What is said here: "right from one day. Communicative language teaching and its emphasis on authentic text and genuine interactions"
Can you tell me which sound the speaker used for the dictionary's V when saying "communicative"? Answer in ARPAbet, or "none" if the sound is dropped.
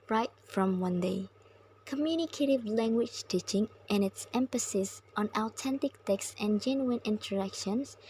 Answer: V